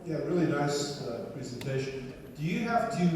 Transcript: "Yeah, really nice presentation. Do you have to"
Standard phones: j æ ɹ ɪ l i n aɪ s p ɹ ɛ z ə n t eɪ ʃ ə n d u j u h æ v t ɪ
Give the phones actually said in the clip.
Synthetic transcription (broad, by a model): j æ ɹ ɪ l i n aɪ s p ɹ ɛ z ə n t eɪ ʃ ə n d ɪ j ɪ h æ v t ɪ